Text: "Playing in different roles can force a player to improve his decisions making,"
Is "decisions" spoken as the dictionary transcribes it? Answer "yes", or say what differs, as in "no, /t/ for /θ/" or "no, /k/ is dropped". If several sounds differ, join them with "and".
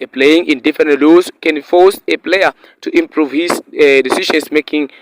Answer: no, /ʃ/ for /ʒ/ and /s/ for /z/